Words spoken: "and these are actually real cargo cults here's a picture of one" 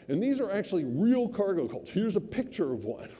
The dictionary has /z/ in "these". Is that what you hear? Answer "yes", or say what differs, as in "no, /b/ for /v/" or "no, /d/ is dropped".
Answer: yes